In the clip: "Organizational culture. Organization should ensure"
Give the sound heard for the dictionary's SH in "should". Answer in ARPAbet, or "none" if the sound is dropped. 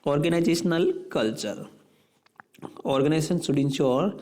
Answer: S